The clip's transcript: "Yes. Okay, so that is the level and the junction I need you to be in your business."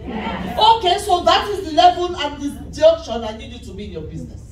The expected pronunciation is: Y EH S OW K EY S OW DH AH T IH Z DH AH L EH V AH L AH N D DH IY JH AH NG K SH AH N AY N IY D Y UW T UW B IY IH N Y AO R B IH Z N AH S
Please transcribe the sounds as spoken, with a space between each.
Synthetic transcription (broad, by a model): OW K EY S OW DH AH T IH Z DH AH L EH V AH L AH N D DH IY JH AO K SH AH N AY N IY D Y UW T UW B IY IH N Y AO B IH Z N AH S